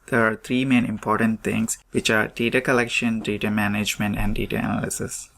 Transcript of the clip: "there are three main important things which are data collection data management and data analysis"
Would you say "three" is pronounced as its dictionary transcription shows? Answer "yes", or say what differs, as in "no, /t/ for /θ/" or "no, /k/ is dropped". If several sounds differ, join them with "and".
no, /t/ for /θ/